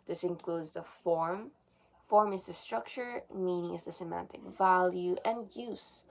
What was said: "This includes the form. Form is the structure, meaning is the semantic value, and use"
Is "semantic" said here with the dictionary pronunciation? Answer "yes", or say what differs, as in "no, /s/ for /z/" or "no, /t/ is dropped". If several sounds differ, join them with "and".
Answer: yes